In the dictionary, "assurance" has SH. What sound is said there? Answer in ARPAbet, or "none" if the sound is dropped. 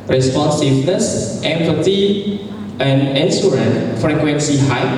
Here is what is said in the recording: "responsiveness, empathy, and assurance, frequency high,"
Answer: S